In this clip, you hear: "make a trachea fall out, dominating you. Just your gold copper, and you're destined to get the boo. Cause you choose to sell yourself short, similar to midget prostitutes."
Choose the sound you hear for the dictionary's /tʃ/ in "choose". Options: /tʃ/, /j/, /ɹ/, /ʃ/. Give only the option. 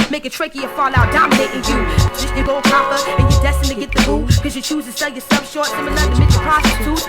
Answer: /tʃ/